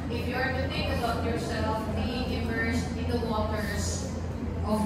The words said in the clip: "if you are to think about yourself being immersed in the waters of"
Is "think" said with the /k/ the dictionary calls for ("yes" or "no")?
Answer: no